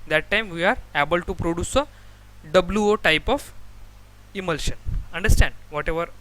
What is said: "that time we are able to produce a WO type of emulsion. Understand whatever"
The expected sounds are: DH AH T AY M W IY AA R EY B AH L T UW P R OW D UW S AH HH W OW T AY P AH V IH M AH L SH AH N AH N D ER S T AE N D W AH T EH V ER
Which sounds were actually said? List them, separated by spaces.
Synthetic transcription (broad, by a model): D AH T AY M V IY AA R EY B AH L T UW P R OW D UW S AH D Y OW T AY P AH F IH M AH L SH AH N AH N D ER S T AE N D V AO T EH V ER